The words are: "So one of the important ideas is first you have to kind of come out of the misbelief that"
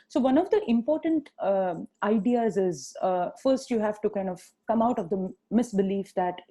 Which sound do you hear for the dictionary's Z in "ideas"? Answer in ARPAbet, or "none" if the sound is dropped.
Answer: Z